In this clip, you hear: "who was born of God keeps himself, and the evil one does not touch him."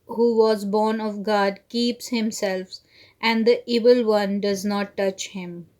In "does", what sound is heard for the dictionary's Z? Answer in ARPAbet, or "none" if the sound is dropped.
Z